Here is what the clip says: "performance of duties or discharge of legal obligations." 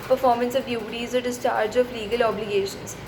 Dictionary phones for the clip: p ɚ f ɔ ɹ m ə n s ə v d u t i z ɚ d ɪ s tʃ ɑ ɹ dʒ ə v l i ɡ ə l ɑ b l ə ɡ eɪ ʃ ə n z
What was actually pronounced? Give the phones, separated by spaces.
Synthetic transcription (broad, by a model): p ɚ f ɔ ɹ m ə n s ə v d u t i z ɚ d ɪ s tʃ ɑ ɹ dʒ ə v l i ɡ ə l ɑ b l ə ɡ eɪ ʃ ə n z